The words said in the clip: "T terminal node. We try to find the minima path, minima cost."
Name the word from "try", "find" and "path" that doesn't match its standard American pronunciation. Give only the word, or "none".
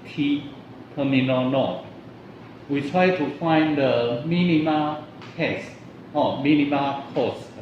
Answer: path